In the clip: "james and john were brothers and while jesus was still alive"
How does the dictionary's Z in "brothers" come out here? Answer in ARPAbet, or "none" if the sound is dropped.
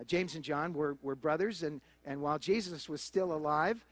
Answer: Z